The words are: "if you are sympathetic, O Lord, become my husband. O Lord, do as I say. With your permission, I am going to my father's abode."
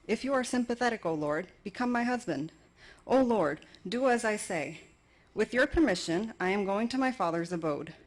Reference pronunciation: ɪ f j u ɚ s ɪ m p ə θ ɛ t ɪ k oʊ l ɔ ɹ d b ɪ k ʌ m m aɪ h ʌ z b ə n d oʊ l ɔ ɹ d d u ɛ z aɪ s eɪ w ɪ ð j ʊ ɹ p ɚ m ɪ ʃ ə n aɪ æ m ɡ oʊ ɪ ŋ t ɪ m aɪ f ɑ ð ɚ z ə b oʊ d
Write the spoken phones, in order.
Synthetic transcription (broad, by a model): ɪ f j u ɚ s ɪ m p ə θ ɛ t ɪ k oʊ l ɔ ɹ d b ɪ k ʌ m m aɪ h ʌ z b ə n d oʊ l ɔ ɹ d d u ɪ z aɪ s eɪ w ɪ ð j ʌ ɹ p ɚ m ɪ ʃ ə n aɪ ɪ m ɡ oʊ ɪ ŋ t ɪ m aɪ f ɑ ð ɚ z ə b oʊ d